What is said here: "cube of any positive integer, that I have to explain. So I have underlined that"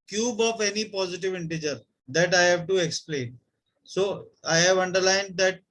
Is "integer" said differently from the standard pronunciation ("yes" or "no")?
no